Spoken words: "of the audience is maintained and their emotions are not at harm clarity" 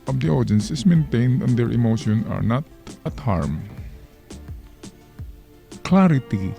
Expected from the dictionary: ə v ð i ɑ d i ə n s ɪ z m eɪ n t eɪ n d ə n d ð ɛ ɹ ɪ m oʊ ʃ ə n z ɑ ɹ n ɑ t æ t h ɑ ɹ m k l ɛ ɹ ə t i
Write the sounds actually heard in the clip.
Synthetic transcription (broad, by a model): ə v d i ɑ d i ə n s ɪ s m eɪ n t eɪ n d ə n d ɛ ɹ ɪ m oʊ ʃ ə n ɑ ɹ n ɑ t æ t h ɑ ɹ m k l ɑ ɹ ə t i